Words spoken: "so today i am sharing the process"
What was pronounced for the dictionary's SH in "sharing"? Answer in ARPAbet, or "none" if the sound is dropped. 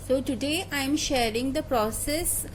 SH